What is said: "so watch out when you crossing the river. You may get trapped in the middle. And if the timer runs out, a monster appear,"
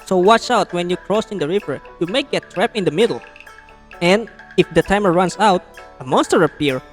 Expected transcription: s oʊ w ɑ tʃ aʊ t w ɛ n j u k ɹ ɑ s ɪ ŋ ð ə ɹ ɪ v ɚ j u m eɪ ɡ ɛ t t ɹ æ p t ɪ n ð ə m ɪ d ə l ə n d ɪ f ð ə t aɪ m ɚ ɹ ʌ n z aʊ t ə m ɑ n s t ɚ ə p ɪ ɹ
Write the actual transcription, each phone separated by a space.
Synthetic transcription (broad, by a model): s oʊ w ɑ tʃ aʊ t w ɛ n j u k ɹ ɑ s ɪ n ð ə ɹ ɪ v ɚ j u m eɪ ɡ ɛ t t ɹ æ p ɪ n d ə m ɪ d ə l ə n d ɪ f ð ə t aɪ m ɚ ɹ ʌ n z aʊ t ə m ɑ n s t ɚ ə p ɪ ɹ